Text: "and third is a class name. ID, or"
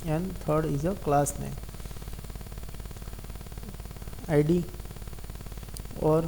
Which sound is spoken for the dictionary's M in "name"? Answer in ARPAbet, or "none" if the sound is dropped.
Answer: none